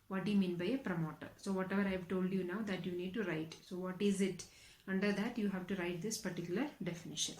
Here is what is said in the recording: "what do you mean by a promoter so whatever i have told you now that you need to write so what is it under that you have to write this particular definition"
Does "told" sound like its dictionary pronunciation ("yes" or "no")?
yes